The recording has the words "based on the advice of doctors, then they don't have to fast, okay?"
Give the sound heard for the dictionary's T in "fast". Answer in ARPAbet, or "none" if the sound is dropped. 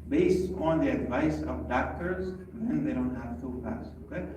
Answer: none